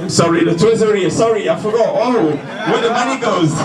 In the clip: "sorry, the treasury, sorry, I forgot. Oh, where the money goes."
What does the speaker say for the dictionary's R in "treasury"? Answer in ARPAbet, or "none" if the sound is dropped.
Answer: none